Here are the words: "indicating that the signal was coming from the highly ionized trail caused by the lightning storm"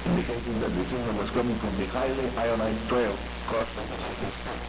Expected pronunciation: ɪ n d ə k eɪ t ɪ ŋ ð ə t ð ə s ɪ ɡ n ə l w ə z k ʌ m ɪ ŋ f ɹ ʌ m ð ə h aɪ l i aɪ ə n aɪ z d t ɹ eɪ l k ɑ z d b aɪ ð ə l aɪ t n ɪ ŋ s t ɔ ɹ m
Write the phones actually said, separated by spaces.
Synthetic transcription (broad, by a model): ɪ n d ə k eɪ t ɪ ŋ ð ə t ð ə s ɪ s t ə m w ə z k ʌ m ɪ ŋ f ɹ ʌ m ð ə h aɪ l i aɪ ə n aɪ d t ɹ eɪ l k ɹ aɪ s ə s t ɪ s